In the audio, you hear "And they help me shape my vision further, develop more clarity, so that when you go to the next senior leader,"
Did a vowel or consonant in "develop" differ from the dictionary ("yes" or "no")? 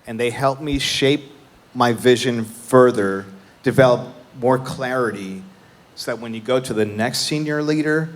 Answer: no